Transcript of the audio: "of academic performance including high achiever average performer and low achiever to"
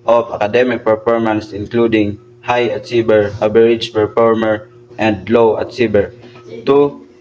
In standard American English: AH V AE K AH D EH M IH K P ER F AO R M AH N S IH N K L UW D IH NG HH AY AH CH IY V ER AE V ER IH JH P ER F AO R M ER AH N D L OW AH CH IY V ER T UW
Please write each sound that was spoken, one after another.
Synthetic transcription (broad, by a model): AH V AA K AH D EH M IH K P ER F AO R M AH N S IH N K L UW D IH NG HH AY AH S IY B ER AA B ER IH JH P ER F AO R M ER AH N D L OW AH S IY B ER T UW